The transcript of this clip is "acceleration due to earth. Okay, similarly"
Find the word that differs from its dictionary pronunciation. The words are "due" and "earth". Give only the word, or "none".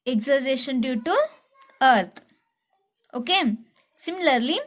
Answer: earth